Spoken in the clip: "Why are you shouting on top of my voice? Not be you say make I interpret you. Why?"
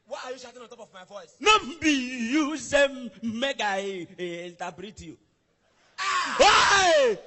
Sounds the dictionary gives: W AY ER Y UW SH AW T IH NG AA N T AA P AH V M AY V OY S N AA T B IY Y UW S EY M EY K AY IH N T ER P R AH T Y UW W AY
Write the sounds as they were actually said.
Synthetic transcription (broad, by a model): W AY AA Y UW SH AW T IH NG AA N T AA P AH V M AY V OY S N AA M B IY Y UW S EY M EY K AY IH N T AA B R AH T Y UW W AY